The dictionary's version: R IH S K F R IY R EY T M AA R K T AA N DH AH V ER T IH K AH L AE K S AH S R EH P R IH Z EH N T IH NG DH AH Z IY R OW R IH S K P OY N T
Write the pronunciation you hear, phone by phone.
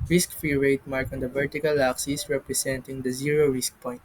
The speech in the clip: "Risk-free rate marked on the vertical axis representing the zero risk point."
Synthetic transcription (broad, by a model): R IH S K F R IY R EY T M AA R K AA N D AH V ER T IH K AH L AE K S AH S R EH P R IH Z EH N T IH NG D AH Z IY R OW R IH S K P OY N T